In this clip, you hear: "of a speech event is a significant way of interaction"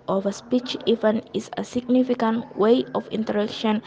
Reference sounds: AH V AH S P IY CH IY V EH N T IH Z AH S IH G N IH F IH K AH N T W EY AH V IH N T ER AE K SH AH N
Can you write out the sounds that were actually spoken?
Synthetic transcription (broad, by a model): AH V AH S P IY CH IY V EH N IH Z AH S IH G N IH F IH K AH N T W EY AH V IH N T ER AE K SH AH N